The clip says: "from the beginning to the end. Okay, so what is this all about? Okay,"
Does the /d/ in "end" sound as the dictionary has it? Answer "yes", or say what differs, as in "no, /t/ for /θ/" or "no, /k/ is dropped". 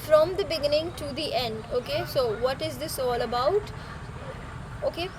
yes